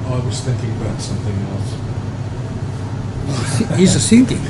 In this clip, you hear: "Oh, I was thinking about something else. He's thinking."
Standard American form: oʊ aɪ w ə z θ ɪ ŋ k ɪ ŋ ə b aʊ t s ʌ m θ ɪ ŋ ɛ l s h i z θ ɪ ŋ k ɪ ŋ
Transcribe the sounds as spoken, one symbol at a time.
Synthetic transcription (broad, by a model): aɪ w ə z θ ɪ ŋ k ɪ ŋ ə b aʊ t s ʌ m θ ɪ ŋ ɛ l s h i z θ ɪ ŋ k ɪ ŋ